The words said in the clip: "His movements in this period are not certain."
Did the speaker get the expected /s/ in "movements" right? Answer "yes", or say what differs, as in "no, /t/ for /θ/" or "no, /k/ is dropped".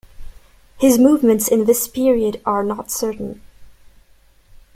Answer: yes